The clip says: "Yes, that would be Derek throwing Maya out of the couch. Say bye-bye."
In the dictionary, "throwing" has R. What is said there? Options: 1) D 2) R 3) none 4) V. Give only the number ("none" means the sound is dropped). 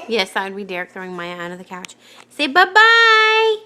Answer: 2